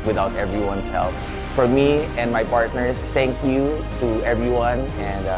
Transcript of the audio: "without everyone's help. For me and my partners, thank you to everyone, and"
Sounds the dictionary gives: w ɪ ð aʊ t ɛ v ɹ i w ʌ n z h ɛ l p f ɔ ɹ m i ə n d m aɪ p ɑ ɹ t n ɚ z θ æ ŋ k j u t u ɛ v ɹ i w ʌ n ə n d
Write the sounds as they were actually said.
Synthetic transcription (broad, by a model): w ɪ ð aʊ t ɛ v ɹ i w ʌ n s h ɛ l p f ɔ ɹ m i ə n d m aɪ p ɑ ɹ t n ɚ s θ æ ŋ k j u t u ɛ v ɹ i w ʌ n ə n d